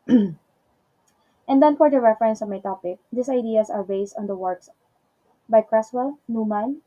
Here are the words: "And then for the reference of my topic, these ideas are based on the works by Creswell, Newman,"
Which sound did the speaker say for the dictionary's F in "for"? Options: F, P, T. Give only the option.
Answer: F